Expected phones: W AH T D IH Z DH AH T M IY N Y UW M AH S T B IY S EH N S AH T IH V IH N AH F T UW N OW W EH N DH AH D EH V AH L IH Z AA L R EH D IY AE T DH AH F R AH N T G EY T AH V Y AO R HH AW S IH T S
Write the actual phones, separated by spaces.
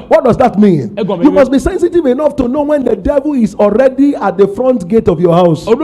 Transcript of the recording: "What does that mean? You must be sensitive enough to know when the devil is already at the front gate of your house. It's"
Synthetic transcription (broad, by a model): W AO T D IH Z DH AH T M IY N Y UW M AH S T B IY S EH N S AH T IH V IH N AH F T UW N OW W EH N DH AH D EH V AH L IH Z AA L R EH D IY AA T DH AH F R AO N T G EY T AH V Y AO HH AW IH S